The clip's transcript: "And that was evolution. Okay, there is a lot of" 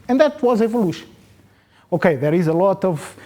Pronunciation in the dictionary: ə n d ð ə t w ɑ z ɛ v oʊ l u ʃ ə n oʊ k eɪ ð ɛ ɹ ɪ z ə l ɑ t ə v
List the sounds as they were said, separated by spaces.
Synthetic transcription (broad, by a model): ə n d ð ə t w ɑ z ɛ v oʊ l u ʃ ə n oʊ k eɪ ð ɛ ɹ ɪ z ə l ɑ t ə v